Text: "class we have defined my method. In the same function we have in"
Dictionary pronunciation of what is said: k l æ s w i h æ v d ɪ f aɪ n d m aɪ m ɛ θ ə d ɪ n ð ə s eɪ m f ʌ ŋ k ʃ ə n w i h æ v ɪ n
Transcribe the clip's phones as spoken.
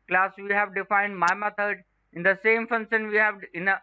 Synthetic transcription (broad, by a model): k l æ s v i h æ v d ɪ f aɪ n d m aɪ m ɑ t ə d ɪ n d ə s eɪ m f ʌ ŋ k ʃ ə n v i h æ v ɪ n